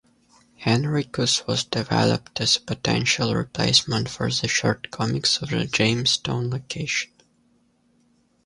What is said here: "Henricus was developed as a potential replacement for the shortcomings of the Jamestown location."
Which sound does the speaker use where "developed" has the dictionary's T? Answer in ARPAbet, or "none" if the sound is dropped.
T